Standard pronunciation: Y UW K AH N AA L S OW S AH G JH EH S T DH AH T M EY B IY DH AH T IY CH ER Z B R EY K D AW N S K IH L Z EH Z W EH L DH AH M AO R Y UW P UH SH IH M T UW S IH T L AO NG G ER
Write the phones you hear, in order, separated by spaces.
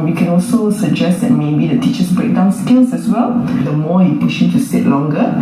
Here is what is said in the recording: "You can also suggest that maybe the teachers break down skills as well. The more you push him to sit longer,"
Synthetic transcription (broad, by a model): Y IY K AH N AA L S OW S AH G JH EH S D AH T M EY B IY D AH T IY CH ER S B R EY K D AW N S K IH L S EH S W EH L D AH M AO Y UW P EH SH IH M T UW S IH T L AO NG G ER